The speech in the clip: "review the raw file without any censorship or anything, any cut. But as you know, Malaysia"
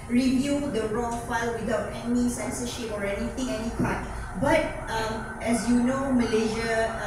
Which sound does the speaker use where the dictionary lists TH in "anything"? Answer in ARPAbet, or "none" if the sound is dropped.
T